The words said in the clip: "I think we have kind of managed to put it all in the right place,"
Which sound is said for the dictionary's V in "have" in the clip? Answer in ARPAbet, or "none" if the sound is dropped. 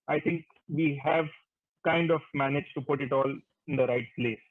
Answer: V